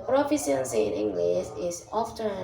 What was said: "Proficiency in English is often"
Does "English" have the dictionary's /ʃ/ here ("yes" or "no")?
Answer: no